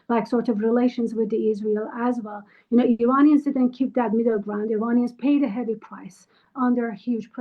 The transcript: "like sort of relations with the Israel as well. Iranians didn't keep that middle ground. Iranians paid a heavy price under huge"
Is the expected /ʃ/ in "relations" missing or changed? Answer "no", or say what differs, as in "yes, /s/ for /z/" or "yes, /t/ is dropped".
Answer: no